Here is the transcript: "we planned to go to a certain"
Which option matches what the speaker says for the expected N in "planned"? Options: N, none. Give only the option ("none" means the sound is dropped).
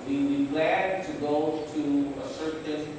none